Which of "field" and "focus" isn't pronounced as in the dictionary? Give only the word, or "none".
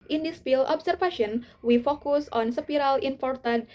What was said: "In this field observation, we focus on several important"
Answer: field